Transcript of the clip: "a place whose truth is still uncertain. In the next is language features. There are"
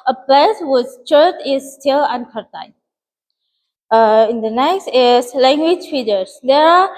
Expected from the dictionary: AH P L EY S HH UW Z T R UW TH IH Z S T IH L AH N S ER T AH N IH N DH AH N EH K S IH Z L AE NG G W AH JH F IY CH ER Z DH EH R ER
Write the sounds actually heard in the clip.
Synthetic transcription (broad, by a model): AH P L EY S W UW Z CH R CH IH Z S T IH L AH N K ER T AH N IH N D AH N EH K S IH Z L AE NG G W AH JH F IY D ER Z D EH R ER